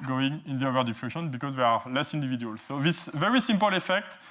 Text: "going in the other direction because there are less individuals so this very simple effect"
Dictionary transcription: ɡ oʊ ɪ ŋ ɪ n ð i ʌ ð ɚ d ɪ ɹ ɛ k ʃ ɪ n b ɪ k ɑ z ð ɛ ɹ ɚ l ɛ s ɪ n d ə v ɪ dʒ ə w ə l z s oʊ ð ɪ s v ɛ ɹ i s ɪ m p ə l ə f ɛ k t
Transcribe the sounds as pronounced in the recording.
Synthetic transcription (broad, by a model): ɡ oʊ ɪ ŋ ɪ n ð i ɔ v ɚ d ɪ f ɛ ʃ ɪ n b ɪ k ɑ z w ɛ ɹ l ɛ s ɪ n d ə v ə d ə l s oʊ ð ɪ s v ɛ ɹ i s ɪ m p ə l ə f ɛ k t